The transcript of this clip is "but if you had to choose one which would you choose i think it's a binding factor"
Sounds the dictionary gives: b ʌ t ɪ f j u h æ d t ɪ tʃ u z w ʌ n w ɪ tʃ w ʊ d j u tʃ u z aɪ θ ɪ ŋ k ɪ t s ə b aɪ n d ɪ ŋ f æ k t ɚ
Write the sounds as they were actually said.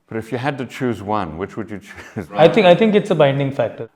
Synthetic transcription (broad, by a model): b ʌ t ɪ f j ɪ h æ d t ɪ tʃ u z w ʌ n w ɪ tʃ w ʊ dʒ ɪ tʃ u z aɪ t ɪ ŋ k ɪ t s ə b aɪ n d ɪ ŋ f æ k t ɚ